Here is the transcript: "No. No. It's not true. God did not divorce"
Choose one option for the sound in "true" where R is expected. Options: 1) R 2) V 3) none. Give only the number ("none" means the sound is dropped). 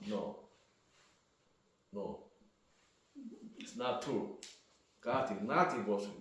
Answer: 3